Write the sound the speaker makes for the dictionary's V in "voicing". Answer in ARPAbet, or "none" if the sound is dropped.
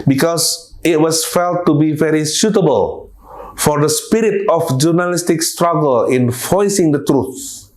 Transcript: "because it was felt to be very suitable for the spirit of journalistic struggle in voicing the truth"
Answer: F